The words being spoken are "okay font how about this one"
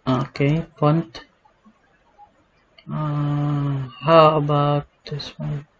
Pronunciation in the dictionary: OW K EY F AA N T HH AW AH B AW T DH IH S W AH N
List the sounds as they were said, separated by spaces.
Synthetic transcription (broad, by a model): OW K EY P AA N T HH AW AH B AW T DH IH S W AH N